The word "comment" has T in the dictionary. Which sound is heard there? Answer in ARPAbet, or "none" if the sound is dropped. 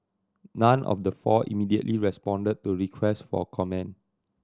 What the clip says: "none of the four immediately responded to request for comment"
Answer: none